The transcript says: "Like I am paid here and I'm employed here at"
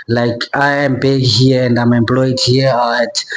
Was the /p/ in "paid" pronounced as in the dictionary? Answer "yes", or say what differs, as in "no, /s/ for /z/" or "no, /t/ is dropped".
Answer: no, /b/ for /p/